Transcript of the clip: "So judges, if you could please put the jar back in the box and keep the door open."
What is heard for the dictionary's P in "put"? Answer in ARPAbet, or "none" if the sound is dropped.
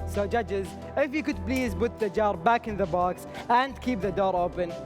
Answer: B